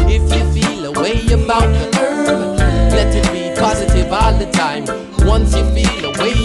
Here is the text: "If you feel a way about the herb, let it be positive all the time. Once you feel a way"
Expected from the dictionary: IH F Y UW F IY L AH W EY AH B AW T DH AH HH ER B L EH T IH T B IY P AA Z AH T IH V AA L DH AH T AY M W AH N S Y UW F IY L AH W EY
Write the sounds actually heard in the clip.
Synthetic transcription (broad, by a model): IH F Y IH F IY L AH W EY AH B AW T DH AH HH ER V L EH T IH T B IY P AA Z AH T IH V AA L DH AH T AY M W AH N S Y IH F IY L AH W EY